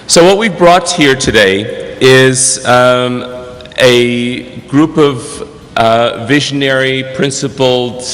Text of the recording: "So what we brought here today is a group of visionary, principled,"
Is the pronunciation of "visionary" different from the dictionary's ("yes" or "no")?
no